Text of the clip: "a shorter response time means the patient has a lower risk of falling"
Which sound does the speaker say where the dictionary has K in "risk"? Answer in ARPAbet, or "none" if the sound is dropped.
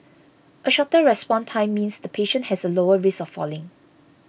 none